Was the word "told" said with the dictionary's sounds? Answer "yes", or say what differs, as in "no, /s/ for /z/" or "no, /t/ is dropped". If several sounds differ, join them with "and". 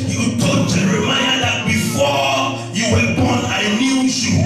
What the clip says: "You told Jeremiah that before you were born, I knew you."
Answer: no, /l/ is dropped